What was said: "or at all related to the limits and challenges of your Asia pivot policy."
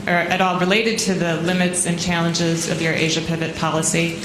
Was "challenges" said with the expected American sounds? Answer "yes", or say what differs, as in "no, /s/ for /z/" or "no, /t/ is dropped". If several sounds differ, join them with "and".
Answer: yes